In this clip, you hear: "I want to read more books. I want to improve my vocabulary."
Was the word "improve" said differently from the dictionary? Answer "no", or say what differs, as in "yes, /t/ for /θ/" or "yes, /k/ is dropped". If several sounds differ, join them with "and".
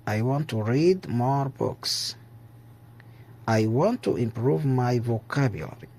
no